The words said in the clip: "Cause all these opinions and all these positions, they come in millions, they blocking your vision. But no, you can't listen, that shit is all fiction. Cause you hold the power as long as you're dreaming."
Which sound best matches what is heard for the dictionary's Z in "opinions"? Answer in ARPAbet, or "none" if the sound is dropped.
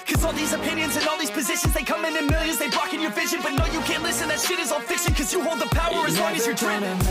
Z